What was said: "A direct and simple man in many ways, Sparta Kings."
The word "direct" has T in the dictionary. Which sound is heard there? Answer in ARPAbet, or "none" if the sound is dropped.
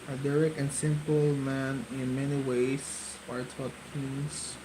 none